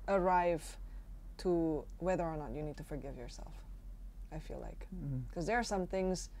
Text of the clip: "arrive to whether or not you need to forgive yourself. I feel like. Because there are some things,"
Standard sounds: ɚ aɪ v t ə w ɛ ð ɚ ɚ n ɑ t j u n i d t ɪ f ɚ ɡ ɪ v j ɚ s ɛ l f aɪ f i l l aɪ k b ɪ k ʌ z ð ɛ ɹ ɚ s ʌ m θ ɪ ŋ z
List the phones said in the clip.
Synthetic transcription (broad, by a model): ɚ aɪ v t ə w ɛ ð ɚ ɚ n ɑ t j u n i d t ɪ f ɚ ɡ ɪ v j ɚ s ɛ l f aɪ f i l l aɪ k k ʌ z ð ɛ ɹ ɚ s ʌ m θ ɪ ŋ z